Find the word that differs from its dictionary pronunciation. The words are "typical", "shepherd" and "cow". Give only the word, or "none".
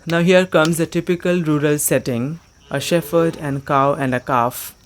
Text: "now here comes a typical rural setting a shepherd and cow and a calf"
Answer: shepherd